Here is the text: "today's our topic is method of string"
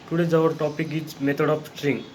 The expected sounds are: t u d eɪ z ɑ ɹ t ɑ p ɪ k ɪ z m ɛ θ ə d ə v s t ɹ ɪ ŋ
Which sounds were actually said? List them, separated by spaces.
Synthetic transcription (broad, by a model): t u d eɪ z ɑ ɹ t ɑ p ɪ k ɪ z m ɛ t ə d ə p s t ɹ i ŋ